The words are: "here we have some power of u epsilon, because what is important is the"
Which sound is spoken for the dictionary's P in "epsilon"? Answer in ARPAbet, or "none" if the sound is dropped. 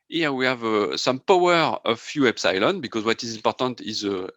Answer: B